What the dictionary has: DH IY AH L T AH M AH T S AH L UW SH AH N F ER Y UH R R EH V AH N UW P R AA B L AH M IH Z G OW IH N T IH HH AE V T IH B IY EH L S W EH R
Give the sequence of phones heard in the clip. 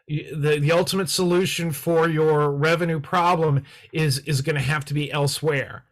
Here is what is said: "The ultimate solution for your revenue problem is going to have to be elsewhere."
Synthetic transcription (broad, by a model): DH IY AH L T AH M AH T S AH L UW SH AH N F ER Y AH R R EH V AH N UW P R AA B L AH M IH Z G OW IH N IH HH AE F T IH B IY EH L S W EH R